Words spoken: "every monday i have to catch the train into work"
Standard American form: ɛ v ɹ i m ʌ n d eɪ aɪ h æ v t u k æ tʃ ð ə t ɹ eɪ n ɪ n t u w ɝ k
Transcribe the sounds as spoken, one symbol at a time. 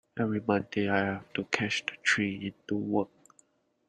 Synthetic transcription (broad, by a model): ɛ v ɹ i m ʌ n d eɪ aɪ h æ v t u k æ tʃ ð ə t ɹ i ɪ n t u w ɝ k